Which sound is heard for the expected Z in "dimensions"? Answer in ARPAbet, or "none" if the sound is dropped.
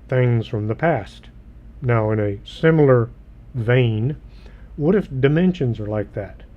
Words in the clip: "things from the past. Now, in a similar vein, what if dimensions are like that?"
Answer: Z